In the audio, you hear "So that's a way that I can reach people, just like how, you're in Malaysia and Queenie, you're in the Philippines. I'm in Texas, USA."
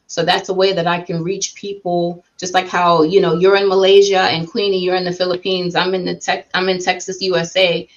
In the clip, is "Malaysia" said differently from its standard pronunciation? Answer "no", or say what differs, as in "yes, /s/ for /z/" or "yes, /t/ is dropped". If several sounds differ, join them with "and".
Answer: no